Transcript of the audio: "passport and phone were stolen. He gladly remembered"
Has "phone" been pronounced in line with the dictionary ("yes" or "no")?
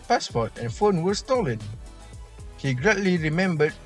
yes